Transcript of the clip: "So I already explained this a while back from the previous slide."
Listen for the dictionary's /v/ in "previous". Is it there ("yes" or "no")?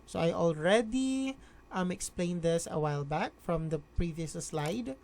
yes